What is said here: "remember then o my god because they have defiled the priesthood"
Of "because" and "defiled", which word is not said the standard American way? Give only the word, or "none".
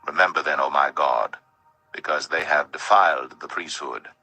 none